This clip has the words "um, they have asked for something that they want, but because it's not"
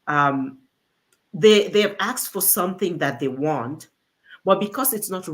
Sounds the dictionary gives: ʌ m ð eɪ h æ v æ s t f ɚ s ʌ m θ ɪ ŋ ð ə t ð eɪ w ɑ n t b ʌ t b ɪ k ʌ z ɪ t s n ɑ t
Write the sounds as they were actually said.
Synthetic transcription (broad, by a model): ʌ m ð eɪ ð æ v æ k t f ɚ s ʌ m θ ɪ ŋ ð ə t ð eɪ w ɑ n t b ʌ t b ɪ k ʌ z ɪ t s n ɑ t